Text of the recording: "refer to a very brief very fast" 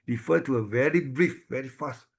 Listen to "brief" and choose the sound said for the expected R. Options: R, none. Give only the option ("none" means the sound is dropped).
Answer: R